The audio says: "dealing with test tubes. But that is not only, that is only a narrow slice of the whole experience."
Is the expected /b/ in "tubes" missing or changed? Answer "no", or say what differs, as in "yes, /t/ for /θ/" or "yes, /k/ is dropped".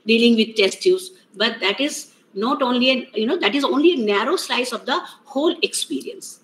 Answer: yes, /b/ is dropped